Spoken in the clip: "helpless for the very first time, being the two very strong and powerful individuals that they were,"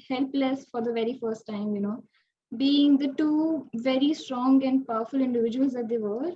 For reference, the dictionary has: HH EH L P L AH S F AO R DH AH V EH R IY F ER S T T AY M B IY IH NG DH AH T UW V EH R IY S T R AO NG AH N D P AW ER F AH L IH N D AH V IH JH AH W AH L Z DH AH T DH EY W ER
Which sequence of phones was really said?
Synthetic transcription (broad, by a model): HH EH L P L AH S F AO R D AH V EH R IY F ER S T T AY M B IY IH NG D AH T UW V EH R IY S T R AO NG AH N D P AW ER F AH L IH N D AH V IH JH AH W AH L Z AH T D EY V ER